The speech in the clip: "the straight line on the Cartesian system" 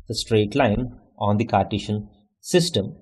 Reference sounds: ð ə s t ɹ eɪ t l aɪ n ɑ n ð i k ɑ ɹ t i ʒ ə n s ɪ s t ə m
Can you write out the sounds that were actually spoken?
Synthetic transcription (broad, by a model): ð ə s t ɹ eɪ t l aɪ n ɑ n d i k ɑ ɹ t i ʃ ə n s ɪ s t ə m